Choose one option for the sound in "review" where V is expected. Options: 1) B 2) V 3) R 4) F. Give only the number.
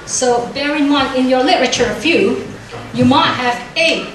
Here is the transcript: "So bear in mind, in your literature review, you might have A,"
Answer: 4